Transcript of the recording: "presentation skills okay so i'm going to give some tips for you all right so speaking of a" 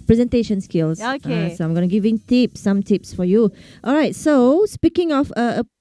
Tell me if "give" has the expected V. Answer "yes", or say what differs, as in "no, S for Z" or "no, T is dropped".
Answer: no, P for V